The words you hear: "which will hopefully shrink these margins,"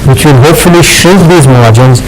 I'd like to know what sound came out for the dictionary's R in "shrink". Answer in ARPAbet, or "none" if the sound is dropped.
none